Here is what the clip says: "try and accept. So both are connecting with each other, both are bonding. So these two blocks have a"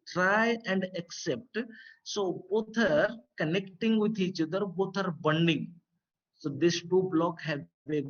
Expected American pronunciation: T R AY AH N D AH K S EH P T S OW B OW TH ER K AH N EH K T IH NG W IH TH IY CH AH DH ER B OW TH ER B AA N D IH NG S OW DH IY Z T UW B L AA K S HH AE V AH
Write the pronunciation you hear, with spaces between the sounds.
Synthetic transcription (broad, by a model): T R AY AH N D AH K S EH P T S OW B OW T ER K AH N EH K T IH NG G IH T IY CH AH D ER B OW T ER B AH N D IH NG S OW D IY S T UW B L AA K HH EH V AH